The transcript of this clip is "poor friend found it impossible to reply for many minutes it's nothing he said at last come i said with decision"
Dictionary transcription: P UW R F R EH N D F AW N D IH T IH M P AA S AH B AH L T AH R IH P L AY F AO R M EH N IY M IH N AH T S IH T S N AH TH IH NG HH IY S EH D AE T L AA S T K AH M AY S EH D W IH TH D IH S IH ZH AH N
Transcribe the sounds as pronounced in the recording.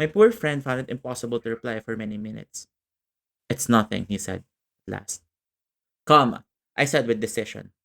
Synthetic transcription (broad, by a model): P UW R F R EH N D F AW N D IH T IH M P AA S AH B AH L T AH R IH P L AY F AO R M EH N IY M IH N AH T S IH T S N AH TH IH NG HH IY S EH D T L AA S T K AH M AY S EH D W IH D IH S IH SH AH N